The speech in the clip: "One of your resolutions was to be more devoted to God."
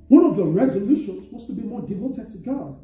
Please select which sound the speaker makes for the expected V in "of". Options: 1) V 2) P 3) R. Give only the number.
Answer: 1